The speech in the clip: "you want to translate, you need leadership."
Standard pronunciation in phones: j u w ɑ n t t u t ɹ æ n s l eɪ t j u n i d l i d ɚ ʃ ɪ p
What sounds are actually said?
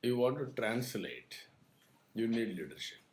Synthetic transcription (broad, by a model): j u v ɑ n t t u t ɹ æ n s l eɪ t j u n i d l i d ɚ ʃ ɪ p